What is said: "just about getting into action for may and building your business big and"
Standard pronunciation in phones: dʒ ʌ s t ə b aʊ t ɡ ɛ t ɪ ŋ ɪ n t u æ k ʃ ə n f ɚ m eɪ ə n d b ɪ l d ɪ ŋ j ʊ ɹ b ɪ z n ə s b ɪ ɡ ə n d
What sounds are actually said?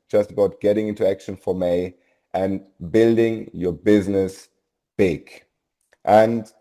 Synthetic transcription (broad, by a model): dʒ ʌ s t ə b aʊ t ɡ ɛ t ɪ ŋ ɪ n t u æ k ʃ ə n f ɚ m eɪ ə n b ɪ l d ɪ ŋ j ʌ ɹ b ɪ z n ə s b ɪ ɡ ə n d